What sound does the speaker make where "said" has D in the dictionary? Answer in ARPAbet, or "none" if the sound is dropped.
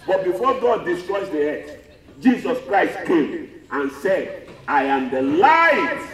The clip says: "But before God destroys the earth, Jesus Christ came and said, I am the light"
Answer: D